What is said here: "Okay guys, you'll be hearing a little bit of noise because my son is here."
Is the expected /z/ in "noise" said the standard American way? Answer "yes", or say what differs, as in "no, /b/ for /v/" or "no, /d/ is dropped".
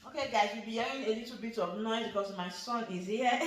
no, /z/ is dropped